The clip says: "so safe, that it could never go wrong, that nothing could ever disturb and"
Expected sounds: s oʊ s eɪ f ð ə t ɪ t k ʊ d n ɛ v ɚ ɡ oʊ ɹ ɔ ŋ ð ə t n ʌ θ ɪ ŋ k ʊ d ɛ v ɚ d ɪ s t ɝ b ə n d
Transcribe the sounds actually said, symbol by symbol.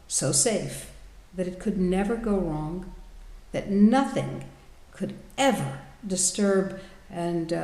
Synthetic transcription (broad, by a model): s oʊ s eɪ f ð ə t ɪ t k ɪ d n ɛ v ɚ ɡ oʊ ɹ ɔ ŋ ð ə t n ʌ θ ɪ ŋ k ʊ d ɛ v ɚ d ɪ s t ɝ b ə n